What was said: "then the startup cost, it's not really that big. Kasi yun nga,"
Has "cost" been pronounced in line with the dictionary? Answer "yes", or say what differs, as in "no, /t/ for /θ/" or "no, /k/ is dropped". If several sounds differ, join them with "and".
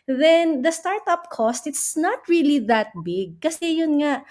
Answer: yes